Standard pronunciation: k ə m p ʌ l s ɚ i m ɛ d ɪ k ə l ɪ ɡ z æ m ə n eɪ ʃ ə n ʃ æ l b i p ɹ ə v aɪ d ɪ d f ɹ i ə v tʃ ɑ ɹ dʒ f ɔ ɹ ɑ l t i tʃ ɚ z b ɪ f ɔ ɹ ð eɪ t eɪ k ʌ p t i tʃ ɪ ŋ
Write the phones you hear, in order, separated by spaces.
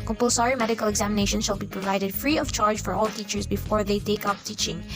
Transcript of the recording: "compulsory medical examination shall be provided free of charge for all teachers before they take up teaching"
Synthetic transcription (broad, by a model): k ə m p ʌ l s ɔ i m ɛ d ɪ k ə l ɪ ɡ z æ m ə n eɪ ʃ ə n ʃ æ l b i p ɹ ə v aɪ d ɪ d f ɹ i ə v tʃ ɑ ɹ dʒ f ɔ ɹ ɑ l t i tʃ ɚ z b ɪ f ɔ ɹ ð eɪ t eɪ k ʌ p t i tʃ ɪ ŋ